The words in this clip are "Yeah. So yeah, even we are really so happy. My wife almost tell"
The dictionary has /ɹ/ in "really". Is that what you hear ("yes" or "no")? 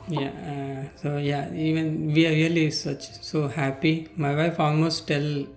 no